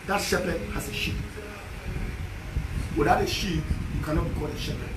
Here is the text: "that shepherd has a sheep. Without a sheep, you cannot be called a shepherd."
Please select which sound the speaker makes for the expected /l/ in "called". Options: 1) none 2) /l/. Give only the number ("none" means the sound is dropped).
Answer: 1